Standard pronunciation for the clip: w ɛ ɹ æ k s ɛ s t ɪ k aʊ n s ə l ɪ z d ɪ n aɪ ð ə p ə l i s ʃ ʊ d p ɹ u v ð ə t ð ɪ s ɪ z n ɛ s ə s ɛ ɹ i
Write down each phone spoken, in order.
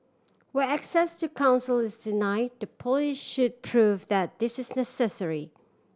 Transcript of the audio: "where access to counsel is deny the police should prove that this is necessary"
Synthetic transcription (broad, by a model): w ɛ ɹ æ k s ɛ s t ɪ k aʊ n s ə l ɪ z d ɪ n aɪ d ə p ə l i ʃ ʃ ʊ d p ɹ u v ð ə t ð ɪ s ɪ z n ɛ s ə s ɛ ɹ i